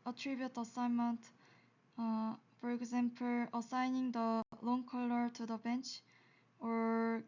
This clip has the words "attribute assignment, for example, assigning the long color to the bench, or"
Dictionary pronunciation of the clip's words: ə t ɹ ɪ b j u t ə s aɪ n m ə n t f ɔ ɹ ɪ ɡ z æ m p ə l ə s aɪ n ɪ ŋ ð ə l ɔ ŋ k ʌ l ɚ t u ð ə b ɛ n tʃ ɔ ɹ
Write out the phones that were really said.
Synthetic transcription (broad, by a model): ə t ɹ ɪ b j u t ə s aɪ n m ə n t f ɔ ɹ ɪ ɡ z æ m p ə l ə s aɪ n ɪ ŋ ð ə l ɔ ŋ k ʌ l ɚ t u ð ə b ɛ n tʃ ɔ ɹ